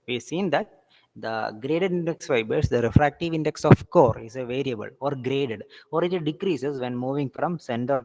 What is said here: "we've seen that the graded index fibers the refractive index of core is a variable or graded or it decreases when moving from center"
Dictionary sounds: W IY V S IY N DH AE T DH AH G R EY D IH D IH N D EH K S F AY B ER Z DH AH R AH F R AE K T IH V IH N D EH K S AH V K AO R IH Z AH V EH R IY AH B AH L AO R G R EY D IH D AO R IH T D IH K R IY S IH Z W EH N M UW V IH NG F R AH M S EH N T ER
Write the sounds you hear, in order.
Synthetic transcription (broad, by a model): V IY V S IY N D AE T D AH G R EY D IH D IH N D EH K S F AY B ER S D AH R AH F R AE K T IH V IH N D EH K S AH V K AO R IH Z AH V EH R IY AH B AH L AO R G R EY D IH D AO R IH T D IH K R IY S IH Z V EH N M UW V IH NG F R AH M S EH N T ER